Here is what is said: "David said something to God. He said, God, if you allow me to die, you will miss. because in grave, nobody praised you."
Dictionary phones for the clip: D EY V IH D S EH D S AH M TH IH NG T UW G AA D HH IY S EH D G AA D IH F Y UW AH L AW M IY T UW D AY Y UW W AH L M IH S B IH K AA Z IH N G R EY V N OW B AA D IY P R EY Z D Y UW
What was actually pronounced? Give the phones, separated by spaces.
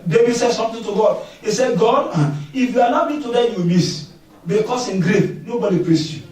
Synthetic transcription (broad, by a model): D EY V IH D S EH D S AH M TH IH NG T UW G AA D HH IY S EH D G AA D IH F Y UW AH N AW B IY T UW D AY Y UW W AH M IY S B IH K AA S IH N G R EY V N OW B AA D IY P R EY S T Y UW